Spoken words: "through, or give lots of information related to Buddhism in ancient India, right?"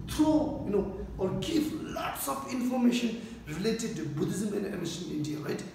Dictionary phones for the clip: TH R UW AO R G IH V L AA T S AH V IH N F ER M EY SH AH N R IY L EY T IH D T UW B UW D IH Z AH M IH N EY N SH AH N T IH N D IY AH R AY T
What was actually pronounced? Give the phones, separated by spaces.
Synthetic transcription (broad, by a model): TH R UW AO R G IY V L AA T S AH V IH N F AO M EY SH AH N R IY L EY T IH D T UW B UW D IH Z AH M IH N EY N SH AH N IH N D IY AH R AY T